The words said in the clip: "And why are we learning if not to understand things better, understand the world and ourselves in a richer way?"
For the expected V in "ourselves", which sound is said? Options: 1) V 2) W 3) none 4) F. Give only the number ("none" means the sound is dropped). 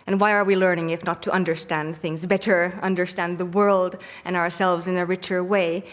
1